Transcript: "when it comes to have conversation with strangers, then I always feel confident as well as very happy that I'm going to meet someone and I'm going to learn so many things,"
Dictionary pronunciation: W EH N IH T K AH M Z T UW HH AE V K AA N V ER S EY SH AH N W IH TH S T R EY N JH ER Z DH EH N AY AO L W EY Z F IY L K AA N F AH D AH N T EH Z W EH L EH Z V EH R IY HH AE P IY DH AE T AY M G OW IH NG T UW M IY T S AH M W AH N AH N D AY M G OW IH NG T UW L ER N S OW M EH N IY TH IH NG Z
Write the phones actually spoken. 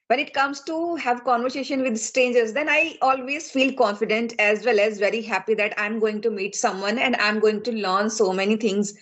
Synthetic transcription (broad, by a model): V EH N IH T K AH M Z T UW HH AE V K AA N V ER S EY SH AH N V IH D S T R EY N JH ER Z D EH N AY AO L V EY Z F IY L K AA N F AH D AH N T EH Z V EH L EH Z V EH R IY HH AE P IY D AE T AY M G OW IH NG T UW M IY T S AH M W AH N AH N D AY M G OW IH NG T UW L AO N S OW M EH N IY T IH NG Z